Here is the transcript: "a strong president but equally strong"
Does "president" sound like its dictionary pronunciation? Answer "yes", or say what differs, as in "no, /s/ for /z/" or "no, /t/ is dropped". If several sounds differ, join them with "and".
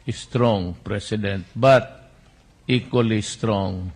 no, /s/ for /z/